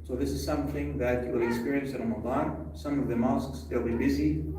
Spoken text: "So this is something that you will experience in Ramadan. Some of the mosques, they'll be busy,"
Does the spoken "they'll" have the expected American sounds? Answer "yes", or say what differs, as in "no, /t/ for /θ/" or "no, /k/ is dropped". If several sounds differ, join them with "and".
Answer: yes